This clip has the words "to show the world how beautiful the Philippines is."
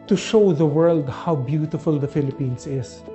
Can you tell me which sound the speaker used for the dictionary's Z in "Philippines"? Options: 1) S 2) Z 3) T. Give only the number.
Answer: 1